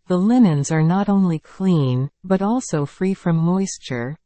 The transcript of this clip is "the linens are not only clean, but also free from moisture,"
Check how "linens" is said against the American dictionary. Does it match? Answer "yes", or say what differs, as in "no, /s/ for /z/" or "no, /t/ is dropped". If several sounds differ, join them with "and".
yes